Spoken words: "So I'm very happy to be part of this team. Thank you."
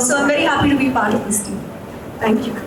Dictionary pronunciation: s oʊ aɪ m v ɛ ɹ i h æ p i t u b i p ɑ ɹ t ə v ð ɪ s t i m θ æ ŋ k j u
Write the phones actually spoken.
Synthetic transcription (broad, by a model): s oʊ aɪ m v ɛ ɹ i h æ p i t u b i p ɑ ɹ t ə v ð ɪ s t i m t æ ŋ k j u